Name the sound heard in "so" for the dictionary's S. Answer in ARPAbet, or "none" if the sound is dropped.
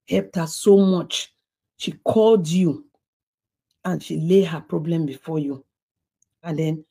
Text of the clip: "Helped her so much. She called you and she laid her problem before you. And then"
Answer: S